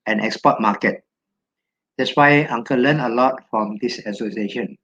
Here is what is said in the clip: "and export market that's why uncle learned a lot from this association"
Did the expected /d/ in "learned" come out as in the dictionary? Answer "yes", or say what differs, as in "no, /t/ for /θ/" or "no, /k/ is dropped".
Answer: no, /d/ is dropped